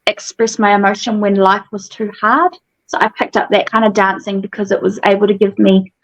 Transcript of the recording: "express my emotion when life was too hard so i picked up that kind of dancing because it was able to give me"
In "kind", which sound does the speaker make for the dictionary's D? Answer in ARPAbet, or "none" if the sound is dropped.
D